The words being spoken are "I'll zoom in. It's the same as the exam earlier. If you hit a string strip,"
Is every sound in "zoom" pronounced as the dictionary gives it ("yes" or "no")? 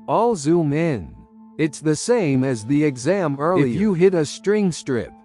yes